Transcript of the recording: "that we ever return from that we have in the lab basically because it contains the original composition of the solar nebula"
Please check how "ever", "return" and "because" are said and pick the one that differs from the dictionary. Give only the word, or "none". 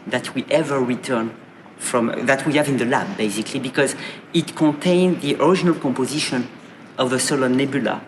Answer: none